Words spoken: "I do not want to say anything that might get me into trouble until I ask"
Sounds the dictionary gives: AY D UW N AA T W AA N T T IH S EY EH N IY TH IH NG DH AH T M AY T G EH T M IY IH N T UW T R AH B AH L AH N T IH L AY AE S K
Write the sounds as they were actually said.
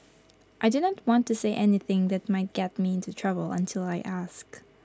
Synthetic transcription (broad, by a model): AY D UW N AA T W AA N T T IH S EY EH N IY TH IH NG DH AH T M AY T G EH T M IY IH N T UW T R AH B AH L AH N T IH L AY AE S K